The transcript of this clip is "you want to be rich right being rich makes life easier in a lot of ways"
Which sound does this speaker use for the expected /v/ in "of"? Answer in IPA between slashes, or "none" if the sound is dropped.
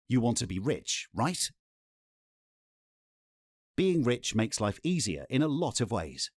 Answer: /v/